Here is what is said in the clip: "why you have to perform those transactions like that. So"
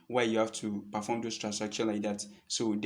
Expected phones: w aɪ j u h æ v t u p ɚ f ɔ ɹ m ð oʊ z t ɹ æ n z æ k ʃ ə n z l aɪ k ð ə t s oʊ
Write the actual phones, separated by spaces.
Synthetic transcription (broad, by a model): w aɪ j u h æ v t u p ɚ f ɔ m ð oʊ s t ɹ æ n s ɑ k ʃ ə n l aɪ k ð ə t s oʊ